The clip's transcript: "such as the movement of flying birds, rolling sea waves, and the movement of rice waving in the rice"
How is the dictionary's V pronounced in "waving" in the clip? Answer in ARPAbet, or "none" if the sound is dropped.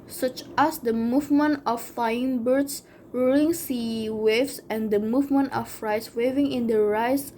V